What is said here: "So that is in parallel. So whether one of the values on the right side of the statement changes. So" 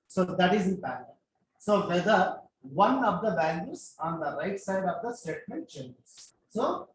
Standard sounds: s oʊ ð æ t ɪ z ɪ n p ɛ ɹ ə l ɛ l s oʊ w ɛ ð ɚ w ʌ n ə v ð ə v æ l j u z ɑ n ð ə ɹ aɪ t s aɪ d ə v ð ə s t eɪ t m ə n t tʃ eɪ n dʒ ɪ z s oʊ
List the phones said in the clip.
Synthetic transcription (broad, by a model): s oʊ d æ t ɪ z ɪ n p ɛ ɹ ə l s oʊ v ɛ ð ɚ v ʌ n ə v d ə b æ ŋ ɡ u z ɑ n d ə ɹ aɪ t s aɪ d ə v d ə s t eɪ t m ə n t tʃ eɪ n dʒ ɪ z s oʊ